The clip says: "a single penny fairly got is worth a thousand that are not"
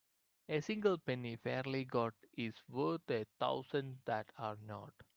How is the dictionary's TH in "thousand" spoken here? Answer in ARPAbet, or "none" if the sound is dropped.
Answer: T